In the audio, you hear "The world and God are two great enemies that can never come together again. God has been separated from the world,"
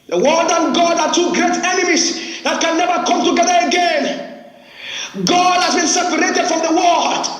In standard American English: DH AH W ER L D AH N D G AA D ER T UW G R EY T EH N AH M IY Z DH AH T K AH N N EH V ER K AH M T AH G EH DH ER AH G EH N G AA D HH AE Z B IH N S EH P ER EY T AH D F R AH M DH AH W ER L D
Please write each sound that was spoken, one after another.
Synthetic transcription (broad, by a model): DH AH W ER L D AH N G AA D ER T UW G R EY T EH N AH M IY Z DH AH T K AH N N EH V ER K AH M T AH G EH DH ER AH G EH N G AA D HH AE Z B IH N S EH P ER EY T AH D F R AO M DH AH W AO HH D